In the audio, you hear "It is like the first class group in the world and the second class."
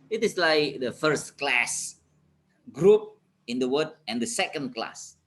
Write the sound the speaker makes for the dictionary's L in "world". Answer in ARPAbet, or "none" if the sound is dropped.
none